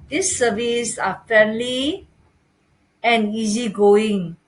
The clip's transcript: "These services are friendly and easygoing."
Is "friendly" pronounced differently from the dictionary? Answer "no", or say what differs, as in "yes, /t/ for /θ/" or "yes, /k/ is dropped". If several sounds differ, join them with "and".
yes, /ɹ/ is dropped